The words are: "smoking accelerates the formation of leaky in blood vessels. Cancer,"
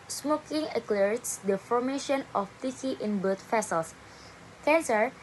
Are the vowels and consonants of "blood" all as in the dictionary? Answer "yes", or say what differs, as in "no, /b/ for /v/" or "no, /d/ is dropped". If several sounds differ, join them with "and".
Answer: no, /l/ is dropped